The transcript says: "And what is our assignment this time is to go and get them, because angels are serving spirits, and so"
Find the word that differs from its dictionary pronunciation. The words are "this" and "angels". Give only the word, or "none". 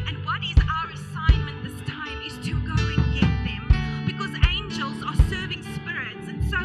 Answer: none